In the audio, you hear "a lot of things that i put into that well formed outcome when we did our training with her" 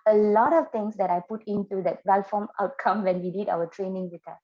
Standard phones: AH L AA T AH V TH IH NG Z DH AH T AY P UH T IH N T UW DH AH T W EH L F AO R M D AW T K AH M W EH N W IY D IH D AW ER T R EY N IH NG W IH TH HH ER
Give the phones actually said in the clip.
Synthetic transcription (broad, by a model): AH L AA T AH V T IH NG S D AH T AY P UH T IH N T UW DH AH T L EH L F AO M AW T K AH M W EH N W IY D IH D AW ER T R EY N IH NG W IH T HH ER